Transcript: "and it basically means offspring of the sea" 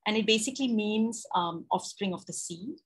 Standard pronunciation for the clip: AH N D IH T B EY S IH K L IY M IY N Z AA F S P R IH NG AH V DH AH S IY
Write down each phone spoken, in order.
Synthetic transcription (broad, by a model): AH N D IH T B EY S IH K L IY M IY N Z AA F S P R IH NG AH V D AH S IY